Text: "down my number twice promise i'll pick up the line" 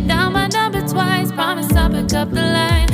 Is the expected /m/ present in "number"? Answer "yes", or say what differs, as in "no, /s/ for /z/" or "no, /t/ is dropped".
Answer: no, /m/ is dropped